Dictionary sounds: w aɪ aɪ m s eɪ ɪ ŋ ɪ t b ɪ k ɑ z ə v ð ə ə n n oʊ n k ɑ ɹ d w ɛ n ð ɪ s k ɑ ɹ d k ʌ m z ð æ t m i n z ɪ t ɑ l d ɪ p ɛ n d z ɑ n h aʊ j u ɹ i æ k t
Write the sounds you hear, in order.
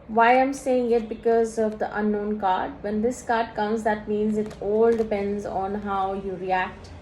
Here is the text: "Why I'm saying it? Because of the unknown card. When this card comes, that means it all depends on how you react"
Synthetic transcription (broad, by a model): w aɪ aɪ m s eɪ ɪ ŋ ɪ t b ɪ k ɑ z ə v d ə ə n n oʊ n k ɑ ɹ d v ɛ n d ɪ s k ɑ ɹ d k ʌ m z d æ t m i n z ɪ t ɑ l d ɪ p ɛ n d z ɑ n h aʊ j u ɹ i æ k t